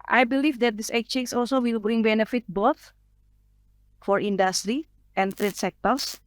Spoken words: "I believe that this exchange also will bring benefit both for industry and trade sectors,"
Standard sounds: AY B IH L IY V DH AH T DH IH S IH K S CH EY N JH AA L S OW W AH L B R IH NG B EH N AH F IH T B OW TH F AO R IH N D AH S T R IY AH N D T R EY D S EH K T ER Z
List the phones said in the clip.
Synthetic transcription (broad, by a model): AY B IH L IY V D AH T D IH S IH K CH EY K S AA L S OW W AH L B R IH NG B EH N AH F IH T B OW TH F AO R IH N D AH S T R IY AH N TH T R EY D S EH K T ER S